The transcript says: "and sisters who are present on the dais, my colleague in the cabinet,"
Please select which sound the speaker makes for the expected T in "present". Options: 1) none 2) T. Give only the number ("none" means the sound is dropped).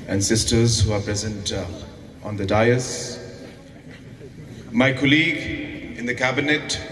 2